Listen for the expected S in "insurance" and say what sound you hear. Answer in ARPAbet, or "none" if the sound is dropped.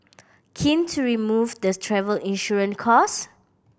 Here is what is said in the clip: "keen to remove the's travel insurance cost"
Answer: none